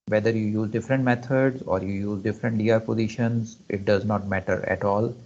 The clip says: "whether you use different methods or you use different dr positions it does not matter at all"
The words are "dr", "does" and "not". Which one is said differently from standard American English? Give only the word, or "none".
dr